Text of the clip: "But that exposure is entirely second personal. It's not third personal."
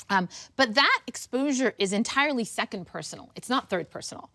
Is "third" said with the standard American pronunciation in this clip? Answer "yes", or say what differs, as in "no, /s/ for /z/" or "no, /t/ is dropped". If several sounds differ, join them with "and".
yes